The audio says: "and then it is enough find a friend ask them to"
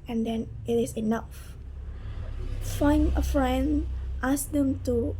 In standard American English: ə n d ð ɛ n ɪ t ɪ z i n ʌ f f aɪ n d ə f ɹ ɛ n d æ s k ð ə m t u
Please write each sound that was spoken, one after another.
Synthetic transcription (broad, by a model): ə n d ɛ n ɪ t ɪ s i n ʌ f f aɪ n ə f ɹ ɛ n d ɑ s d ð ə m t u